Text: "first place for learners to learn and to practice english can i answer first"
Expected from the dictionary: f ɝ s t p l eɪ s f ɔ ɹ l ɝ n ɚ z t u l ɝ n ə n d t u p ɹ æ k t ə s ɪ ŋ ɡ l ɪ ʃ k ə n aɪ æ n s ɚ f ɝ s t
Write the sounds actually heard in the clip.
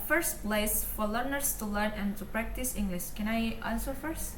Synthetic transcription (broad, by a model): f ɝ s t p l eɪ s f ɔ ɹ l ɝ n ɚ s t u l ɝ n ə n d t u p ɹ æ k t ə s ɪ ŋ ɡ l ɪ ʃ k ə n aɪ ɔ l s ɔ f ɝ s t